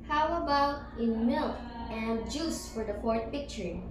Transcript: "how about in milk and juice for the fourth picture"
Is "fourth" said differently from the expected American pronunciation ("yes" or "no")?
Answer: yes